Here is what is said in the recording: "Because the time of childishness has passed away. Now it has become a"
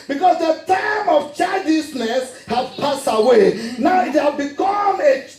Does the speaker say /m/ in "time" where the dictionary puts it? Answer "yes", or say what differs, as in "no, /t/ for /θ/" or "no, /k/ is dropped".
yes